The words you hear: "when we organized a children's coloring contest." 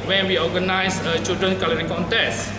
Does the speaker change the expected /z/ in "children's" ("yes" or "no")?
yes